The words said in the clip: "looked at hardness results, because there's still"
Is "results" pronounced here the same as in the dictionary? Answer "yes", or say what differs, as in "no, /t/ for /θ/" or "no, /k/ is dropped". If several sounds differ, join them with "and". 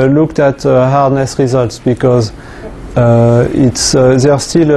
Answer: yes